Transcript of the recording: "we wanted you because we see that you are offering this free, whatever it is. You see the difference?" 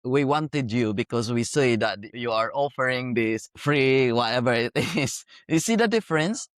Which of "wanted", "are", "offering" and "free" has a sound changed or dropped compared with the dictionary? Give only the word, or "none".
none